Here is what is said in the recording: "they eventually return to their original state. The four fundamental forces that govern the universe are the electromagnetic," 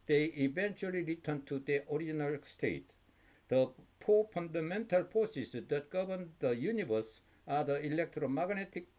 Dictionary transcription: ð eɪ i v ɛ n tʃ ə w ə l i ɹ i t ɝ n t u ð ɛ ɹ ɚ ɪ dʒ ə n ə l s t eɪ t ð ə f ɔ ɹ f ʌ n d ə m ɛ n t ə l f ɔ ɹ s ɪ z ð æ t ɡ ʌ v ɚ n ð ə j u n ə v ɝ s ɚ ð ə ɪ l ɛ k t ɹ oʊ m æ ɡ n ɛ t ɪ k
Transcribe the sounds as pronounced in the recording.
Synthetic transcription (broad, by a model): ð eɪ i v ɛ n tʃ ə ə l i ɹ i t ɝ n t u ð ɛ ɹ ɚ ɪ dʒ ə n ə l s t eɪ t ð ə p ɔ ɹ f ʌ n d ə m ɛ n t ə l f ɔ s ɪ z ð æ t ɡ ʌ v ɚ n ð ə j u n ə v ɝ s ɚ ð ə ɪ l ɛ k t ɹ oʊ m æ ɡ n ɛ t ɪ k